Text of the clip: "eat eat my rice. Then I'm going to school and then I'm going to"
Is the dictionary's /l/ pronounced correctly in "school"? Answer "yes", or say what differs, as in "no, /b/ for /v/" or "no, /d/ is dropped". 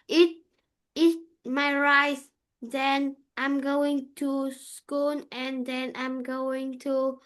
no, /n/ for /l/